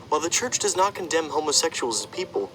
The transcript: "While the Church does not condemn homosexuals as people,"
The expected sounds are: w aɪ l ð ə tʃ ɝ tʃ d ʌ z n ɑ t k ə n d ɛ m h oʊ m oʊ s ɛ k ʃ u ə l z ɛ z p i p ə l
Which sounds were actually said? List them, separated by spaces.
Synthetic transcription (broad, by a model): w aɪ l ð ə tʃ ɝ tʃ d ʌ z n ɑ t k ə n d ɛ m h oʊ m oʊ s ɛ k ʃ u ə l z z p i p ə l